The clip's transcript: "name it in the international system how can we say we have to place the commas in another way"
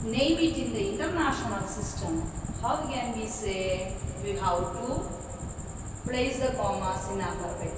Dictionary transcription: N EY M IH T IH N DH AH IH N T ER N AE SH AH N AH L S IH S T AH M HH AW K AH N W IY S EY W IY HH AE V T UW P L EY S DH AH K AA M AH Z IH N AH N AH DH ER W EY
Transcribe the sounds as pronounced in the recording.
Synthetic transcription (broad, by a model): N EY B IH T IH N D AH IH N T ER N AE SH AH N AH L S IH S T AH M HH AW K AH N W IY S EY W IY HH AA W T UW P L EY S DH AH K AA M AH S IH N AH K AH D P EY